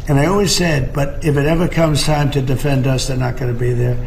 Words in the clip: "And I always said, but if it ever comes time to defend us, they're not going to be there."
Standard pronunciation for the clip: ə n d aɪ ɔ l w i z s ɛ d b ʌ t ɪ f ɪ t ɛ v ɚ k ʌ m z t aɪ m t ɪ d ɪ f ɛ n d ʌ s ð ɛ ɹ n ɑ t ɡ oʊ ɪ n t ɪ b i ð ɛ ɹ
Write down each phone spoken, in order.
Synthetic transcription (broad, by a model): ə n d aɪ ɔ l w i z s ɛ d b ʌ t ɪ f ɪ t ɛ v ɚ k ʌ m z t aɪ m t ɪ d ɪ f ɛ n d ʌ s ð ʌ ɹ n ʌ t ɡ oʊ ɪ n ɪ b i ð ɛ ɹ